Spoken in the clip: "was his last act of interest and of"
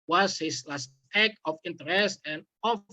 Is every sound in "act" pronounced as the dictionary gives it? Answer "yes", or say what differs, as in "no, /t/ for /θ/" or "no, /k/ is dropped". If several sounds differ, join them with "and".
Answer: no, /t/ is dropped